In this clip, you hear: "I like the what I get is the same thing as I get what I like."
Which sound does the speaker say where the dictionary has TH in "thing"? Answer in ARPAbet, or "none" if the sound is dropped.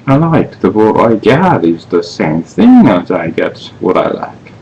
TH